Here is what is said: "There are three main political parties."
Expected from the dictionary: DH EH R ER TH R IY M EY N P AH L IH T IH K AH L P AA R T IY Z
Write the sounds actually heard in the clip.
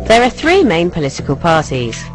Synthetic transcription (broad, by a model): DH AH R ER TH R IY M EY N P AH L IH T IH K AH L P AA T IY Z